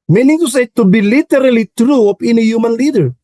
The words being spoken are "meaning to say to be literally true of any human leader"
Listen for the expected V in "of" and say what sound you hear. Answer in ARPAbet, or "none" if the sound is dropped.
P